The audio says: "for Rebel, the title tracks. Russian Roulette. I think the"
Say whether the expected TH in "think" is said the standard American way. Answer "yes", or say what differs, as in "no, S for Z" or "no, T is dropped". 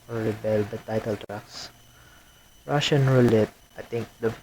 no, T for TH